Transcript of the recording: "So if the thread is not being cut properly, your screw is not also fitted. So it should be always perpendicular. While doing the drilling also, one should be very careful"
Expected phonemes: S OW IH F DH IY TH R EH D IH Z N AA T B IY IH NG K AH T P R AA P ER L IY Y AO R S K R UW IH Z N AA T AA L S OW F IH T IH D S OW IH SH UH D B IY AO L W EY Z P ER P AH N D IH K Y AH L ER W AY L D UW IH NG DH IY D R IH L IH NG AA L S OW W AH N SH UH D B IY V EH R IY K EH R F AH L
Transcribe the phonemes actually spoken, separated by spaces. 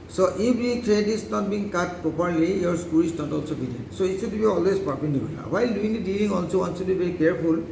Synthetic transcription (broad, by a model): S OW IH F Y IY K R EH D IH S N AA T B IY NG K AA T P R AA P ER L IY Y AO R S K UW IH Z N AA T AA L S OW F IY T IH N S OW IH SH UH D B IY AO L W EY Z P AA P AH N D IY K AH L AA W AY L D UW IH NG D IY D IY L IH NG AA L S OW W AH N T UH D B IY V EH R IY K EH R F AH L